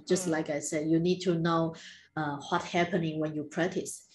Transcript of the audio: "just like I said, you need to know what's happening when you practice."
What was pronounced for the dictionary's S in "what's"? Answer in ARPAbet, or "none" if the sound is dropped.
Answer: none